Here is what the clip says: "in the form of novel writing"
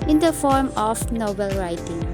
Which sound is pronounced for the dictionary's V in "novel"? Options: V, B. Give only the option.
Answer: B